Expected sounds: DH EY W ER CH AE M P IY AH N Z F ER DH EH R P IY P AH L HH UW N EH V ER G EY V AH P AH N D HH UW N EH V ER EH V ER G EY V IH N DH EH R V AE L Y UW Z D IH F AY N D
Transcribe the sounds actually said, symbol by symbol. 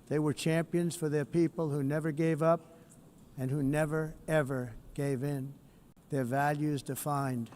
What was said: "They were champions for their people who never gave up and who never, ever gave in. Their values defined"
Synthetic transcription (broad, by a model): DH EY W ER CH AE M P IY AH N Z F ER DH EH R P IY P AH L HH UW N EH V ER G EY V AH P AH N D HH UW N EH V ER EH V ER G EY V IH N DH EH R V AE L Y UW Z D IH F AY N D